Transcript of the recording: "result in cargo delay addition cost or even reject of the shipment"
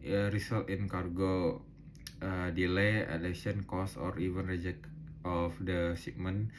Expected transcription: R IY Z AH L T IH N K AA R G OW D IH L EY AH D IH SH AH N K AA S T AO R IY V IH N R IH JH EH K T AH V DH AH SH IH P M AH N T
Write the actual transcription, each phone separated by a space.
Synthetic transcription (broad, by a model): R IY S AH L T IH N K AA R G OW D IH L EY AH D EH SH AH N K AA S AO R IY V IH N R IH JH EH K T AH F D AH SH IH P M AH N